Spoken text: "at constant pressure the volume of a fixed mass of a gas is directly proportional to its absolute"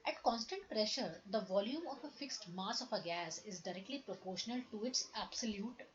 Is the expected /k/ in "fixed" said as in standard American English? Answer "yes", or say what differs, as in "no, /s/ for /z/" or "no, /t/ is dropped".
yes